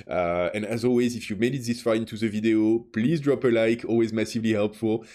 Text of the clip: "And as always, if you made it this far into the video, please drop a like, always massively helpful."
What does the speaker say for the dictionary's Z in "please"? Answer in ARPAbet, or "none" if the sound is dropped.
Z